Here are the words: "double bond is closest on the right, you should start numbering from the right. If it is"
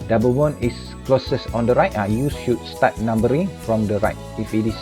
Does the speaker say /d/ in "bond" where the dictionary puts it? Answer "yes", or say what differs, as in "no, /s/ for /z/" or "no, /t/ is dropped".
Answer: no, /d/ is dropped